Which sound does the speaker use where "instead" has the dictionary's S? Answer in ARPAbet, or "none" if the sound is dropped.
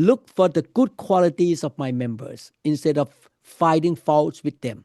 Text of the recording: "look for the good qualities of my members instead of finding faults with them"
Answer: S